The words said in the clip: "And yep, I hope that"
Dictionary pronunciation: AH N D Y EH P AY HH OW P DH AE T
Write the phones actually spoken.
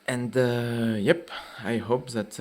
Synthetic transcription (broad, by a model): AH N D Y EH P AY HH OW P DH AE T